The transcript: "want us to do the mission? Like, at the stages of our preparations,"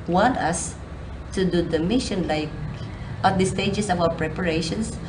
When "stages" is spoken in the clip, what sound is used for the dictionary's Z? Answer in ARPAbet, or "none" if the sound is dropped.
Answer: S